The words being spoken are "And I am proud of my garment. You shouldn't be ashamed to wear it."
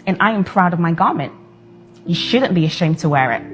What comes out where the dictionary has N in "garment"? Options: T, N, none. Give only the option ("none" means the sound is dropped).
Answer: N